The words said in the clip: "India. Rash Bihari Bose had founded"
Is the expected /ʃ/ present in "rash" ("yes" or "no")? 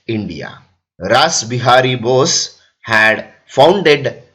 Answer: no